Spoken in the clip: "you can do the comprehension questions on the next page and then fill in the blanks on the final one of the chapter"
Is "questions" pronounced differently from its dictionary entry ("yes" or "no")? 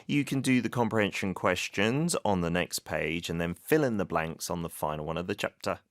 no